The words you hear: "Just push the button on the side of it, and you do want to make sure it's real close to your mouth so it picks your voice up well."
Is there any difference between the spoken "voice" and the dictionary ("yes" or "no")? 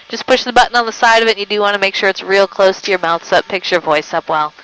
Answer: no